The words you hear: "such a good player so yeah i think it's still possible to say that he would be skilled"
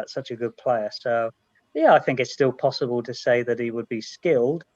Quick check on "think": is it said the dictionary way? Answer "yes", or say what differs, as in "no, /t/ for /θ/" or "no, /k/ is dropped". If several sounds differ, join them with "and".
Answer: yes